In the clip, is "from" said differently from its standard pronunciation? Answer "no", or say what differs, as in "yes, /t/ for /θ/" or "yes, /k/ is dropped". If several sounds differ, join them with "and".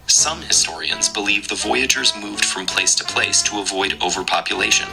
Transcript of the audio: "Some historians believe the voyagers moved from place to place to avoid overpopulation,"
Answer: no